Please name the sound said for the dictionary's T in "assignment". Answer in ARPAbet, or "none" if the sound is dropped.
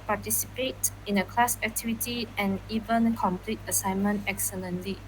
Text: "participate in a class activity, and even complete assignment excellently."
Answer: T